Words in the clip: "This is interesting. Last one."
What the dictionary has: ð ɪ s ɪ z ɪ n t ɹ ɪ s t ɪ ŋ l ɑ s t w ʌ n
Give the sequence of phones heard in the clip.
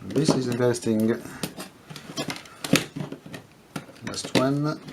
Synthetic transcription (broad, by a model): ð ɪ s ɪ z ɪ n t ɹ s t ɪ ŋ n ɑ s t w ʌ n